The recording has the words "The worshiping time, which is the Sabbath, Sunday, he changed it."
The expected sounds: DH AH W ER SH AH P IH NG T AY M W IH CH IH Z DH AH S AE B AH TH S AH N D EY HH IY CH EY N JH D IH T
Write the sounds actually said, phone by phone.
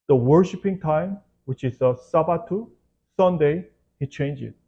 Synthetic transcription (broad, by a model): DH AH W ER SH AH P IH NG T AY M W IH CH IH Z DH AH S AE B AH T S AH N D EY HH IY CH EY N JH IH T